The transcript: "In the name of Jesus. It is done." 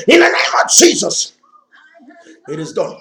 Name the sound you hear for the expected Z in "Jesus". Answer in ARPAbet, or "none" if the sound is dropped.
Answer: Z